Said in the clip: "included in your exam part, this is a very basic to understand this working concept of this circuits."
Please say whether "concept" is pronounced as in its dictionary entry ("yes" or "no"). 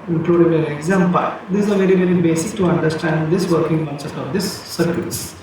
no